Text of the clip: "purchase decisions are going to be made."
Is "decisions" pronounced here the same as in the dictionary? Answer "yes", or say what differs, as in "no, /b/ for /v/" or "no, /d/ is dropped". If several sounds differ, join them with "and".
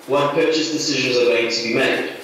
yes